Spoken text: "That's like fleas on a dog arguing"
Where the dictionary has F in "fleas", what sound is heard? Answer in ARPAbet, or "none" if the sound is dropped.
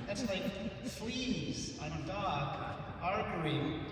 F